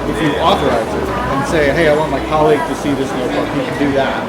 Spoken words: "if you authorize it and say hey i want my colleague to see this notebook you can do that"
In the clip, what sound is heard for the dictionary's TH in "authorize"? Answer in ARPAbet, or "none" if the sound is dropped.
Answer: TH